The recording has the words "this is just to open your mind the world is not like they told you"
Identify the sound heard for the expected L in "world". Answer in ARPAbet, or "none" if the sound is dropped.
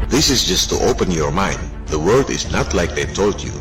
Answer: none